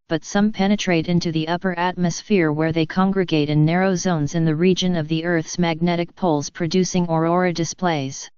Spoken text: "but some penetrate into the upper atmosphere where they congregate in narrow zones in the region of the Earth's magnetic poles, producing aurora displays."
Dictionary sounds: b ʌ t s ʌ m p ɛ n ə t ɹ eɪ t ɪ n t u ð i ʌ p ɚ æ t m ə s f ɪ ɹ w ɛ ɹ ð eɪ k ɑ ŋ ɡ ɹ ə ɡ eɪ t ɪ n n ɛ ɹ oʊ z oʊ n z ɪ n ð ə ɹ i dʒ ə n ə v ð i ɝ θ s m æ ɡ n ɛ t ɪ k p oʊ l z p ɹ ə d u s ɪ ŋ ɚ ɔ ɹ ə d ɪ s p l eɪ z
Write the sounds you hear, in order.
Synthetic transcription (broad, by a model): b ʌ t s ʌ m p ɛ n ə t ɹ eɪ t ɪ n t u ð i ʌ p ɚ æ t m ə s f ɪ ɹ w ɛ ɹ ð eɪ k ɑ ŋ ɡ ɹ ə ɡ eɪ t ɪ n n ɛ ɹ oʊ z oʊ n z ɪ n ð ə ɹ i dʒ ə n ə v ð i ɝ θ s m æ ɡ n ɛ t ɪ k p oʊ l z p ɹ ə d u s ɪ ŋ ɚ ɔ ɹ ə d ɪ s p l eɪ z